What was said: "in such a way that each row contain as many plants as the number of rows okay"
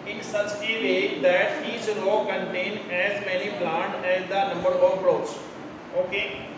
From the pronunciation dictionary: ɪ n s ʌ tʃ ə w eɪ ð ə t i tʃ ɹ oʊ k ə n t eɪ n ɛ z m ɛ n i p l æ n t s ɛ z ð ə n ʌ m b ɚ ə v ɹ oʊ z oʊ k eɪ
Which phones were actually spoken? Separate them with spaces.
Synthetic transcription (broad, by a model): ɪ n s ʌ tʃ ə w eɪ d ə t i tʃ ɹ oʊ k ə n t eɪ n ɛ z m ɛ n i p l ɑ n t ɛ z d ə n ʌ m b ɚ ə p ɹ oʊ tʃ oʊ k eɪ